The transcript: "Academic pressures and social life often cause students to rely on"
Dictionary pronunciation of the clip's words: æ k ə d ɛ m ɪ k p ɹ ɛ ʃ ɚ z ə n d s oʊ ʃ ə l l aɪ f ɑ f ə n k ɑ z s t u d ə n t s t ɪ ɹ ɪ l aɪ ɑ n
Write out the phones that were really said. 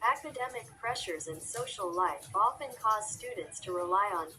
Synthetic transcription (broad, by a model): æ k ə d ɛ m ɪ k p ɹ ɛ ʃ ɚ z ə n s oʊ ʃ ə l l aɪ f ɑ f ə n k ɑ z s t u d n t s t ɪ ɹ ɪ l aɪ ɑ n